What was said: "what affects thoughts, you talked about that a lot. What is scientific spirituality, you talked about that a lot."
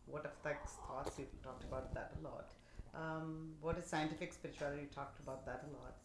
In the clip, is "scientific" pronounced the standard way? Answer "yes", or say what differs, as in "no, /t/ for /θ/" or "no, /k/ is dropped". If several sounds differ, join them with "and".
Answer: yes